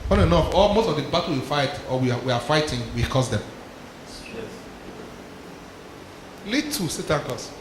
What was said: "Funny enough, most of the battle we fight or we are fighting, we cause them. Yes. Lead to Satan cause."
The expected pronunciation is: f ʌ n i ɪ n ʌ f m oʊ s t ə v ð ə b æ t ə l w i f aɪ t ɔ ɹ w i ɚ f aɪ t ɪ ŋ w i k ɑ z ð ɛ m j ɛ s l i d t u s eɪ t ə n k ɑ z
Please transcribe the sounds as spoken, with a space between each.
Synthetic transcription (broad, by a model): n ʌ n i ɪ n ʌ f m oʊ s t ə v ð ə b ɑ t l w i f aɪ t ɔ w w i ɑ f aɪ t ɪ ŋ w i k ɑ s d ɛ m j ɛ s l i t u s eɪ t ə n k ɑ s